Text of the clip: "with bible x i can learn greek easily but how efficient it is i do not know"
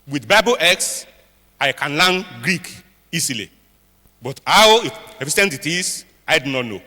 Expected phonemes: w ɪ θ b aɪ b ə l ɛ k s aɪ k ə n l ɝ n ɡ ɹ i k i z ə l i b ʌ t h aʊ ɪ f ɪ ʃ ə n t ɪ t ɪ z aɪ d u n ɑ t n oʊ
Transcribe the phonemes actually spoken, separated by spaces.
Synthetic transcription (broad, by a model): w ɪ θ b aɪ b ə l ɛ k s aɪ k ə n l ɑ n ɡ ɹ i k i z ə l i b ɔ t h aʊ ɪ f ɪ s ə n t ɪ t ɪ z aɪ d u n ɑ t n oʊ